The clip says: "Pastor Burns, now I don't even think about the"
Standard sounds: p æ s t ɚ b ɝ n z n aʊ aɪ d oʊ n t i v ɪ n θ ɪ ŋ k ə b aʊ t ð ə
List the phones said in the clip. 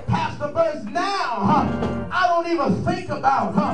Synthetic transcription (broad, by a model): p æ s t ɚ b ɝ z n aʊ aɪ d oʊ n t i v ɪ n θ ɪ ŋ k ə b aʊ t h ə